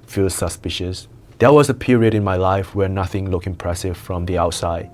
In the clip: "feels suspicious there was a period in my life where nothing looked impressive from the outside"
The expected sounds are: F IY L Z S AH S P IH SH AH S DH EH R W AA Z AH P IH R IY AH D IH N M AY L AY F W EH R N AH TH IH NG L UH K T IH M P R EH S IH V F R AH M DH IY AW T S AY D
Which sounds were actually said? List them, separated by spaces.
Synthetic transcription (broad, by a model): F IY L S AH S P IH SH AH S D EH W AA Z AH P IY R IY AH D IH N M AY L AY F W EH N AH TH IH NG L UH K IH M P R EH S IH V F R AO M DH IY AW T S AY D